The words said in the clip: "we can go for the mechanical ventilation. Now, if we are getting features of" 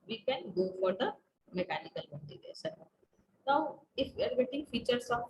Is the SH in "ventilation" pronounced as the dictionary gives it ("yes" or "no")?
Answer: no